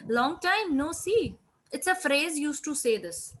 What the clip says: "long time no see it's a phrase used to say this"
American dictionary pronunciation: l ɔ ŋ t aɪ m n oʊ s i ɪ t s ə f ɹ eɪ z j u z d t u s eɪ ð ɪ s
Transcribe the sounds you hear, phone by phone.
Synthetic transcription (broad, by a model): l ɔ ŋ t aɪ m n oʊ s i ɪ t s ə f ɹ eɪ z j u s t u s eɪ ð ɪ s